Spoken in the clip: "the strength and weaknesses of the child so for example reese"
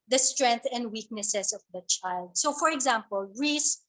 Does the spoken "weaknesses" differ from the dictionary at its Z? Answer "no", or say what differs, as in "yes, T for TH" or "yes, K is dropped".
yes, S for Z